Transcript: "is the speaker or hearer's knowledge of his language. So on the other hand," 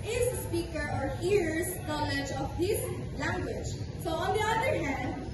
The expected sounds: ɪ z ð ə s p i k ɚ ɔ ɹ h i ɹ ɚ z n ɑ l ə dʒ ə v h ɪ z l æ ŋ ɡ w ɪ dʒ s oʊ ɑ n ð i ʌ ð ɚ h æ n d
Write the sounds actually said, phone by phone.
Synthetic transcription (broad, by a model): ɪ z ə s p i k ɚ ɔ ɹ h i ɹ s n ɑ l ə dʒ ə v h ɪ s l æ ŋ ɡ w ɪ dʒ s oʊ ɑ n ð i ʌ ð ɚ h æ n d